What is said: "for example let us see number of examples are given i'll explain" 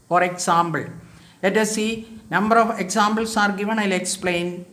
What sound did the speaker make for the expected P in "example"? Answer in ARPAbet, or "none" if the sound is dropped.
B